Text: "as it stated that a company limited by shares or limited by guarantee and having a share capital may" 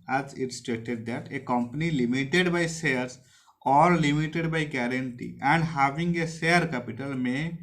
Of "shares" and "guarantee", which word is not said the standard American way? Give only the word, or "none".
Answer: shares